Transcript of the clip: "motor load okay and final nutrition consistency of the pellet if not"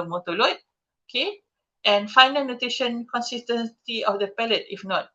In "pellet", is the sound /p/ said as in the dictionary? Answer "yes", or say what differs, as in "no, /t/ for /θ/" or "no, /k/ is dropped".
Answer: yes